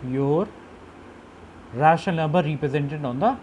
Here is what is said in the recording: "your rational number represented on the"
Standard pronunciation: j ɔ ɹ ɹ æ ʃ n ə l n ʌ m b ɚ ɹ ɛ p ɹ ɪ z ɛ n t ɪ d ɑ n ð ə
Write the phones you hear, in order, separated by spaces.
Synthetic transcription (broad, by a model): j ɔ ɹ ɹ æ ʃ ə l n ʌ m b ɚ ɹ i p ɹ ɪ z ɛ n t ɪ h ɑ n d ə